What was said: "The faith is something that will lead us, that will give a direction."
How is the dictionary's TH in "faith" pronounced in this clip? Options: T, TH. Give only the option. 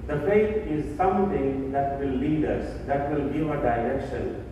T